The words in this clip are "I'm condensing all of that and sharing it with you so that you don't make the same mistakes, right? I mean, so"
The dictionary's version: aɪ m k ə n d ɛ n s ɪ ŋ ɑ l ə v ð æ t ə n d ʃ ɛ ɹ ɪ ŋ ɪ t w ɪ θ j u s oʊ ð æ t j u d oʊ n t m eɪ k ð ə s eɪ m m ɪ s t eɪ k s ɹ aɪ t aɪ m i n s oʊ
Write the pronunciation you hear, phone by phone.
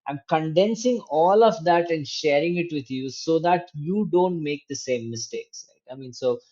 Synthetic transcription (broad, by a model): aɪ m k ə n d ɛ n s ɪ ŋ ɑ l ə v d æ t ə n d ʃ ɛ ɹ ɪ ŋ ɪ t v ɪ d j u s oʊ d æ t j u d oʊ n t m eɪ k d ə s eɪ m m ɪ s t eɪ k s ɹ aɪ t aɪ m i n s oʊ